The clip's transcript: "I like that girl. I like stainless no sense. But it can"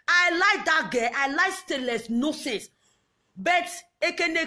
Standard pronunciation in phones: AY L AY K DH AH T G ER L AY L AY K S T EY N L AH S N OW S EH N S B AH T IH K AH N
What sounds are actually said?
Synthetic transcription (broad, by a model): AY L AY K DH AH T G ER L AY L AY K S T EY L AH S N OW S EH N S B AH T IH K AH N